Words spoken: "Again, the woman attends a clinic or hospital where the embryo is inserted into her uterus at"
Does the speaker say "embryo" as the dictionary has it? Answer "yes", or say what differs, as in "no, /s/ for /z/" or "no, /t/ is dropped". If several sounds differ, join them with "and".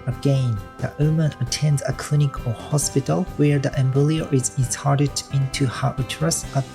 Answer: no, /l/ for /ɹ/